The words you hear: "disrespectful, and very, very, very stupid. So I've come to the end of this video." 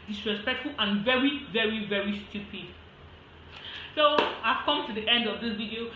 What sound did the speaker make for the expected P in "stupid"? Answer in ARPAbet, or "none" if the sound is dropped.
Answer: P